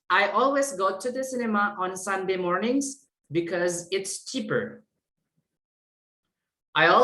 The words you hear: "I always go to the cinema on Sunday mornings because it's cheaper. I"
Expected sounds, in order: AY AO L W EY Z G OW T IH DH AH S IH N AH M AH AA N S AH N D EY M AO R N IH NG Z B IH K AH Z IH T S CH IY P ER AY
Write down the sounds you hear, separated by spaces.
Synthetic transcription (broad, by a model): AY AO L W EY Z G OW T IH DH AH S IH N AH M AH AA N S AH N D EY M AO R N IH NG Z B IH K AH Z IH T S CH IY P ER AY